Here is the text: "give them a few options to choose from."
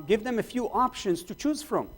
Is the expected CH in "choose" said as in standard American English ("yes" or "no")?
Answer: yes